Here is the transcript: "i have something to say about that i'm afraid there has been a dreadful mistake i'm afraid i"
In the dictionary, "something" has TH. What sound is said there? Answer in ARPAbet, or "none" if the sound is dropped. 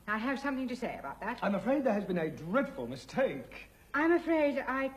TH